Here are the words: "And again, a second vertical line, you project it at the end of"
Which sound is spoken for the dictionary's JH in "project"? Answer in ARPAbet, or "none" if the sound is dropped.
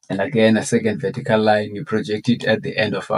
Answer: JH